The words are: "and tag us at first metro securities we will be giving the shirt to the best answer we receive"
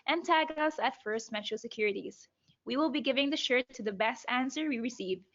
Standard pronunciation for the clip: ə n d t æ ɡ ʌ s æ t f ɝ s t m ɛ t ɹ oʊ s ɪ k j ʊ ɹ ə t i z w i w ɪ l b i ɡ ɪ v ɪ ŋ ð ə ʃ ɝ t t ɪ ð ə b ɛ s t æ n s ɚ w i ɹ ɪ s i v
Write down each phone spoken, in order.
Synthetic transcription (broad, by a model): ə n t æ ɡ ʌ s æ t f ɝ s t m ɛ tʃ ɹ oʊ s ɪ k j ʊ ɹ ə t i z w i w ɪ l b i ɡ ɪ v ɪ ŋ ð ə ʃ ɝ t t ɪ ð ə b ɛ s t æ n s ɚ w i ɹ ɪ s i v